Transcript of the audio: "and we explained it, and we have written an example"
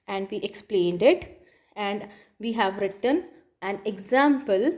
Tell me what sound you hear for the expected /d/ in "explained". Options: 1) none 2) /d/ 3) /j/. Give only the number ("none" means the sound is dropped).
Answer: 2